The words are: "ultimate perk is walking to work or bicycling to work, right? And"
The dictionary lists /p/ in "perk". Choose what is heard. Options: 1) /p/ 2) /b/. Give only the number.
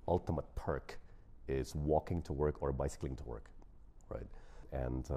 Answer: 1